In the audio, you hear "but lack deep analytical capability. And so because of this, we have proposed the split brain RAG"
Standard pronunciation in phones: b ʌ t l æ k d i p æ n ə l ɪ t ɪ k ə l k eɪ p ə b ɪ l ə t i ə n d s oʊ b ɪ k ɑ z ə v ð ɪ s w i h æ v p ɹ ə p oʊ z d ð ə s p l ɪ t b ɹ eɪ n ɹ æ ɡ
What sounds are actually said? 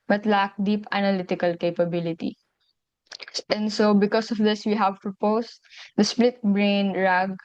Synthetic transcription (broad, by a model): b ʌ t l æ k d i p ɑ n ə l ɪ t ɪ k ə l k eɪ p ə b ɪ l ə t i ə n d s oʊ b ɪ k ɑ s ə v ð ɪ s w i h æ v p ɹ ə p oʊ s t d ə s p l ɪ t b ɹ eɪ n ɹ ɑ ɡ